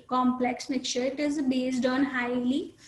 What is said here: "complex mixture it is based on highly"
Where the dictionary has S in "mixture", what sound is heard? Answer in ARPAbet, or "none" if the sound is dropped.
none